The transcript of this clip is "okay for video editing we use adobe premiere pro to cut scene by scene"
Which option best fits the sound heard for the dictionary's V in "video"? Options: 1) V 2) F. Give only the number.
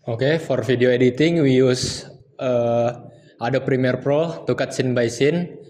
2